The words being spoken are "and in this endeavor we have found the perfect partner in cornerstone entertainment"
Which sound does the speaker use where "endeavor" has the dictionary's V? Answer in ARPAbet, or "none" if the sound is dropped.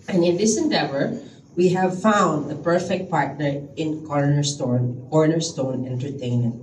V